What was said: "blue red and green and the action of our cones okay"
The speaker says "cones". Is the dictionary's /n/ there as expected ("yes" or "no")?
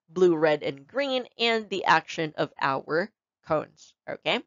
yes